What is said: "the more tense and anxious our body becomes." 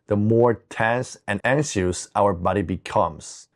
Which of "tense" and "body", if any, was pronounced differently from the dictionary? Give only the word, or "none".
none